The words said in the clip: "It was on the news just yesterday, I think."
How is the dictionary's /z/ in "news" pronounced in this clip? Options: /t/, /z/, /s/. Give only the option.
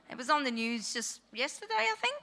/z/